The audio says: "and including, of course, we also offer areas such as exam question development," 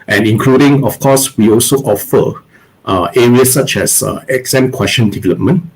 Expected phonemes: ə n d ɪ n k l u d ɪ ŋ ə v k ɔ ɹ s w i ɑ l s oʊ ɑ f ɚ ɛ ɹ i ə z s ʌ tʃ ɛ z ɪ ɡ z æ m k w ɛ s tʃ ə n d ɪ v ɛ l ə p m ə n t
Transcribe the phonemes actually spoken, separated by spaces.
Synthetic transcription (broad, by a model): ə n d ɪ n k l u d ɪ ŋ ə f k ɔ s w i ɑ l s oʊ ɑ f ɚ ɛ ɹ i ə s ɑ tʃ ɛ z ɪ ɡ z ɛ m k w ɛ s ʃ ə n d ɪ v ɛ l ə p m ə n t